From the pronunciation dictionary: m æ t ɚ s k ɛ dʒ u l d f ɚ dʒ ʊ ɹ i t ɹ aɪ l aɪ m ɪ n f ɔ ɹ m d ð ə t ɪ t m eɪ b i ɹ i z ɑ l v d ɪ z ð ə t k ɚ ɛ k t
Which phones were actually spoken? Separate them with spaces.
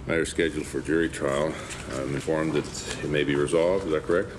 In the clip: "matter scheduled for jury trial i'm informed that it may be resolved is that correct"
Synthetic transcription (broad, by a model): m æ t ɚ s k ɛ dʒ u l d f ɚ dʒ ʊ ɹ i t ɹ aɪ l aɪ m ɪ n f ɔ ɹ m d ð ə t ɪ t m eɪ b i ɹ i z ɑ l v d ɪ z ð ə t k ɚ ɛ k t